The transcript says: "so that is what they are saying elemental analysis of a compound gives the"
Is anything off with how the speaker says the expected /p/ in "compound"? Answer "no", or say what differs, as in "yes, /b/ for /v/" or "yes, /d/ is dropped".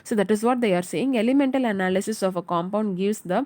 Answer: no